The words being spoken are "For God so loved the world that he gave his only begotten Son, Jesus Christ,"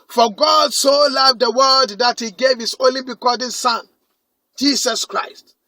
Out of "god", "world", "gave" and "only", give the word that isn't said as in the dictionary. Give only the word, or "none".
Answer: world